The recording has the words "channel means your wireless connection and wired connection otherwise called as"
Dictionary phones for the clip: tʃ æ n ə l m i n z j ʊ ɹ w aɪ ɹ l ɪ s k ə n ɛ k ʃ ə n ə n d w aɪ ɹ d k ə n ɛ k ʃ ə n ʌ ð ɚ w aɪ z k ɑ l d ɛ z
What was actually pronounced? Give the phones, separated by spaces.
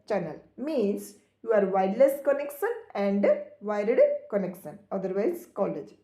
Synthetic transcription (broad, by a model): tʃ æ n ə l m i n s j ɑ ɹ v aɪ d l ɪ s k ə n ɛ k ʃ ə n ə n d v aɪ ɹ d k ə n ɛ k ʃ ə n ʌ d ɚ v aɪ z k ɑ l ɛ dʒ